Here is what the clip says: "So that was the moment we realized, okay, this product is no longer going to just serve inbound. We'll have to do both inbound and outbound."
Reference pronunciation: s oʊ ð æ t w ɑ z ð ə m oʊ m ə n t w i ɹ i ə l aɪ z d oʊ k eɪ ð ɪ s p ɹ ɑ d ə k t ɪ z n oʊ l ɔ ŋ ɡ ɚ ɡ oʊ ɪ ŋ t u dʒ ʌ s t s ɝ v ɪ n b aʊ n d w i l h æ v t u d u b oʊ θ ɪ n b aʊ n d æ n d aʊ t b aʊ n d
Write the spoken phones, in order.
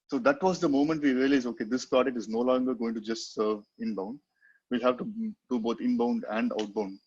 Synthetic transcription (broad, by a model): s oʊ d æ t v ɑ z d ə m oʊ m ə n t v i ɹ i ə l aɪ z oʊ k eɪ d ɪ s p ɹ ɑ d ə t ɪ z n oʊ l ɔ ŋ ɡ ɚ ɡ oʊ ɪ ŋ t u dʒ ʌ s t s ɝ v ɪ n b aʊ n d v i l h æ v t u d u b oʊ t ɪ n b aʊ n d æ n d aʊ t b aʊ n d